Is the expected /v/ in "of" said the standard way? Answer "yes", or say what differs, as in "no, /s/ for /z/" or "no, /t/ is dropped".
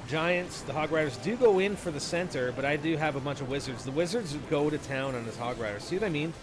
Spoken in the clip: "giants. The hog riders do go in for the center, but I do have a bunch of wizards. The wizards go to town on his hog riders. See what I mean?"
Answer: yes